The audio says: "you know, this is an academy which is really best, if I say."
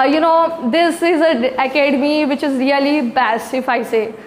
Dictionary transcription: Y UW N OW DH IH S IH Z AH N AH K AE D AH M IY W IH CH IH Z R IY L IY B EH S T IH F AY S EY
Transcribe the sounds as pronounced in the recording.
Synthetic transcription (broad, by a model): Y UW N OW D IH S IH Z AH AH K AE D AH M IY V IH CH IH Z R IY L IY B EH S IH F AY S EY